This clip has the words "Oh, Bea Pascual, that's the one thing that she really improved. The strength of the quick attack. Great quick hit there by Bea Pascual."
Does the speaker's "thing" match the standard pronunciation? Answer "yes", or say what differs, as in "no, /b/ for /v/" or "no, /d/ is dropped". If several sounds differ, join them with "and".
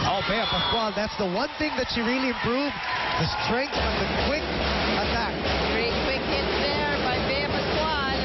yes